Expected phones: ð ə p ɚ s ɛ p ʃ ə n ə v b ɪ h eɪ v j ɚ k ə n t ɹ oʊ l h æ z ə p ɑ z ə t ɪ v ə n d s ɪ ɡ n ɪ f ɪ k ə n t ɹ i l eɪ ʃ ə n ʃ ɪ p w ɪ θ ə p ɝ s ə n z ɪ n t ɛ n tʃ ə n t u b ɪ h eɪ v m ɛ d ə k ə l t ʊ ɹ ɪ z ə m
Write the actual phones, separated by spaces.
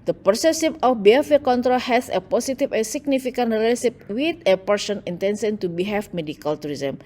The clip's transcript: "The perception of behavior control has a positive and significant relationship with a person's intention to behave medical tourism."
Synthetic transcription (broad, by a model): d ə p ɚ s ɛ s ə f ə f b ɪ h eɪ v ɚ k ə n t ɹ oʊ l h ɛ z ə p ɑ s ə t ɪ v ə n s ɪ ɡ n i f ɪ k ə n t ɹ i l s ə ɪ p w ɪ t ə p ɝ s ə n ɪ n t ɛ n s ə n t u b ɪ h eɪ f m ɛ d ə k ə l t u ɹ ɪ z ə m